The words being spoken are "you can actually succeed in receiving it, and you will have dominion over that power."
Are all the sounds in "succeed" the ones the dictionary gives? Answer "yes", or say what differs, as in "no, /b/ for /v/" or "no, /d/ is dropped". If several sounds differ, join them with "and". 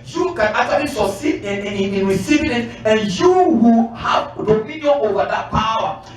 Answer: no, /k/ is dropped